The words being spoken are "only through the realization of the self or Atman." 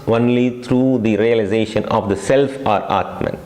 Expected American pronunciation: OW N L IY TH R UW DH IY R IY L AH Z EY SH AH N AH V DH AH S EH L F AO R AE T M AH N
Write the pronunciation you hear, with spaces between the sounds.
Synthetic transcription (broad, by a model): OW N L IY T R UW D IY R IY L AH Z EY SH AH N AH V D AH S EH L F AO R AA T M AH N